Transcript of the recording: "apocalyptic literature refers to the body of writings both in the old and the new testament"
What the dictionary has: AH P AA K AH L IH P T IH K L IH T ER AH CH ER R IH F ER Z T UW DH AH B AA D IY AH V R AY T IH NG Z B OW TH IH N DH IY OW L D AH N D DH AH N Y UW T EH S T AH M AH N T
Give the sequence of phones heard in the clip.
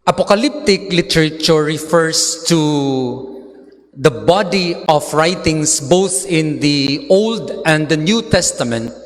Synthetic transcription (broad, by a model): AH P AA K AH L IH P T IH K L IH T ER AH CH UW R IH F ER S T UW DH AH B AA D IY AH F R AY T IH NG S B OW TH IH N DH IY OW L D AH N D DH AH N Y UW T EH S T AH M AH N T